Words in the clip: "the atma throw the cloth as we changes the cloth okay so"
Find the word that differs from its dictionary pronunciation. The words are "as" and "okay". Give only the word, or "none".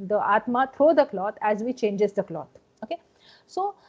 none